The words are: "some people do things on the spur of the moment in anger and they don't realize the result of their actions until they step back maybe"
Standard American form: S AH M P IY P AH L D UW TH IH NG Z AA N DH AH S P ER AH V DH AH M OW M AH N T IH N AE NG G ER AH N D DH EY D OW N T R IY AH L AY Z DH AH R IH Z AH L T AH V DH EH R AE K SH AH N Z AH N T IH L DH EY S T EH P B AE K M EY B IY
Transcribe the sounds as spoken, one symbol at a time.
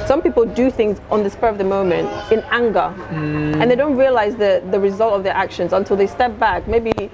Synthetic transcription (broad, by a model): S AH M P IY P AH L D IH TH IH NG Z N DH AH S P ER AH V DH AH M OW M AH N T IH N AE NG G ER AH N DH EY D OW N T R IY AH L AY Z DH AH R IH Z AH L T AH V DH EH R AE K SH AH N Z AH N T IH L DH EY S T EH P B AE K M EY B IY